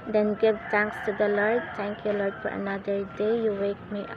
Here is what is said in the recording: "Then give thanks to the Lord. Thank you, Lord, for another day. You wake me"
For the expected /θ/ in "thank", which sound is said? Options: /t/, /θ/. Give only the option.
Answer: /t/